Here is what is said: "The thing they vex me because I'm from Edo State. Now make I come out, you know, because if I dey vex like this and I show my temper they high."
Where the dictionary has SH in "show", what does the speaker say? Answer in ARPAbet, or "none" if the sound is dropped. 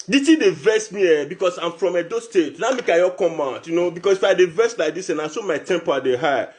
S